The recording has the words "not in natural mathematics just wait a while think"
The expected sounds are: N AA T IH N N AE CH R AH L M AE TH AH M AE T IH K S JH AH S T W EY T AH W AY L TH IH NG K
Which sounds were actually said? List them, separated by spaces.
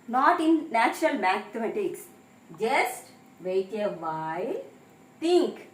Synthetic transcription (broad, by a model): N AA T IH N N AE CH R AH L M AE T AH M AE T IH K S JH AH S T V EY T AH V AY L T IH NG K